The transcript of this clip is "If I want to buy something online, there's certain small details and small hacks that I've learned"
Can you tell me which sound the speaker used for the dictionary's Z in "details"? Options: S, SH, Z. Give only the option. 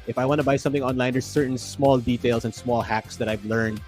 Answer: S